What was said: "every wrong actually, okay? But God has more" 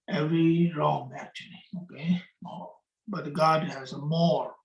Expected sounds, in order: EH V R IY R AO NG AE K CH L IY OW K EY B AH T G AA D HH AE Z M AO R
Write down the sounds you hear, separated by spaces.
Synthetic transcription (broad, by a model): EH V R IY R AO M AE K CH L IY OW K EY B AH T G AA D HH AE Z M AO R